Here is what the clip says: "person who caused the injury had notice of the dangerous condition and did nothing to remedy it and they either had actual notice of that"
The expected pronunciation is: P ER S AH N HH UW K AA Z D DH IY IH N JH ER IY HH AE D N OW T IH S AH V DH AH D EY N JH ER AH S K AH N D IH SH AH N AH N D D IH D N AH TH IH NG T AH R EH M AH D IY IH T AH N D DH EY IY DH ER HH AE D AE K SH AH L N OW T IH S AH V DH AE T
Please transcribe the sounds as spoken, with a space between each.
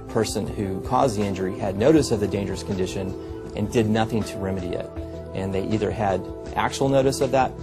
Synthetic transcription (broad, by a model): P ER S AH N HH UW K AA Z DH IY IH N JH ER IY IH D N OW T IH S AH V DH AH D EY N JH ER AH S K N D IH SH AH N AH N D D IH D N AH TH IH NG T AH R EH M AH D IY IH T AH N DH EY IY DH ER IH D AE K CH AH L N OW T IH S AH V DH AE T